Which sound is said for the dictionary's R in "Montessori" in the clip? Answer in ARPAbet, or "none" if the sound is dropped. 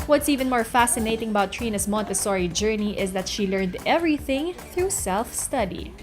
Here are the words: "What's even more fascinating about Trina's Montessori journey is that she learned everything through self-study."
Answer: R